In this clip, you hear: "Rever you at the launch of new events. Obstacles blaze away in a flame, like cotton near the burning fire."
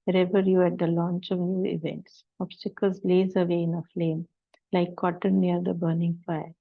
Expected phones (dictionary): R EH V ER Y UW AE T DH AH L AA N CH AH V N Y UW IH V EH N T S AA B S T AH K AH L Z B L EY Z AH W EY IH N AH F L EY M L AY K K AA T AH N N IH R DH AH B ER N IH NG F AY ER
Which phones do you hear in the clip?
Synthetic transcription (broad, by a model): R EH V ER Y UW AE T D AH L AA N CH AH V N Y UW IH V EH N T S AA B S T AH K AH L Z L EY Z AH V EY IH N AH F L EY M L AY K K AA T AH N N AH R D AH B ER N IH NG F AY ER